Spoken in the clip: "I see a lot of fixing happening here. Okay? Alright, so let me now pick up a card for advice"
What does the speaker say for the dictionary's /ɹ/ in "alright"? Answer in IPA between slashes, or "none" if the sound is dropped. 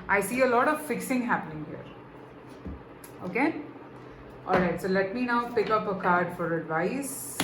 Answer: /ɹ/